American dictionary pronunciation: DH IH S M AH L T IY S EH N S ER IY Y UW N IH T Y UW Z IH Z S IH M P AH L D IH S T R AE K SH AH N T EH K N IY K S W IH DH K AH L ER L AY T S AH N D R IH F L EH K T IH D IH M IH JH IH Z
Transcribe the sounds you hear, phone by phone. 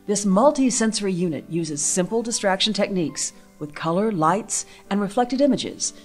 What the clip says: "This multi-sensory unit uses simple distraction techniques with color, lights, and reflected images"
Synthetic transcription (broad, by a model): DH IH S M AH L T IY S EH N S ER IY Y UW N IH T Y UW Z IH Z S IH M P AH L D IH S T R AE K SH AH N T EH K N IY K S W IH DH K AH L ER L AY T S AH N R IH F L EH K T IH D IH M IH JH IH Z